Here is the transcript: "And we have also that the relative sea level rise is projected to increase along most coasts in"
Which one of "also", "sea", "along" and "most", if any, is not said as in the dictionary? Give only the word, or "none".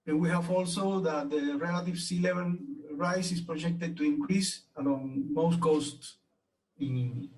along